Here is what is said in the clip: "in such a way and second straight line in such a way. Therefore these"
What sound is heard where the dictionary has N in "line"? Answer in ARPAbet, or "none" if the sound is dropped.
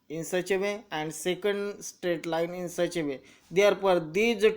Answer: N